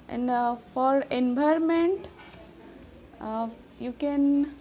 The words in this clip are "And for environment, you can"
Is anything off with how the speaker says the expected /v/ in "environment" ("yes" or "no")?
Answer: yes